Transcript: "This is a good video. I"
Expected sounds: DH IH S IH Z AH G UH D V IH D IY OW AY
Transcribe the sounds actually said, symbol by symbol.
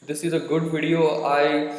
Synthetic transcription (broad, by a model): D IH S IH Z AH G UH D V IH D IY OW AY